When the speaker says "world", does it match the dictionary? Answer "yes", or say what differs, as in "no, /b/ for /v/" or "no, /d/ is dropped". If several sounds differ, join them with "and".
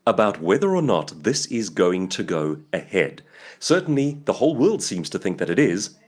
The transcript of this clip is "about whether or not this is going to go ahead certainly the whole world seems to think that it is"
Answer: yes